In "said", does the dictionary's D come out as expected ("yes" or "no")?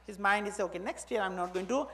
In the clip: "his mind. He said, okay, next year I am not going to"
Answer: no